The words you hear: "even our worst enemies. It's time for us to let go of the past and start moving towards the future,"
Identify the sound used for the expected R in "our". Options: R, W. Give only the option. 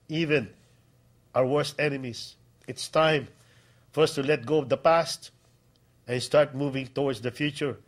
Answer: W